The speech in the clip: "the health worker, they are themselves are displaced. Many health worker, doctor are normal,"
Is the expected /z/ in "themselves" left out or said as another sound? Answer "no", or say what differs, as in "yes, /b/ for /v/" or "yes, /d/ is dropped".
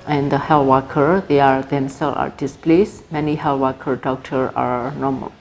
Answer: yes, /z/ is dropped